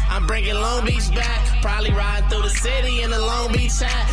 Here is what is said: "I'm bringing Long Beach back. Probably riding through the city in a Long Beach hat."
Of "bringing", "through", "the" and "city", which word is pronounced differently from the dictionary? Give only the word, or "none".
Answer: none